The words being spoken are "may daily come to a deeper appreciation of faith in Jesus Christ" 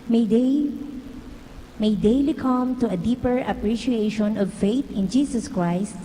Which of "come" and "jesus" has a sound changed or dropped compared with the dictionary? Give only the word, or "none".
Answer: jesus